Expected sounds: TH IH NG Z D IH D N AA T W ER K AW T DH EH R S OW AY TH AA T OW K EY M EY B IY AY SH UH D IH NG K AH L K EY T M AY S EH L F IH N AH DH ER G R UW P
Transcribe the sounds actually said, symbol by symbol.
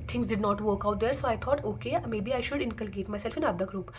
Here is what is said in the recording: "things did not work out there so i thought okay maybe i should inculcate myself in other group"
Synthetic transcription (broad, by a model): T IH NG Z D IH D N AA T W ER K AW T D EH R S OW AY T AA T OW K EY M EY B IY AY SH UH D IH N K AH L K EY T M AY S EH L F IH N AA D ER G R UW P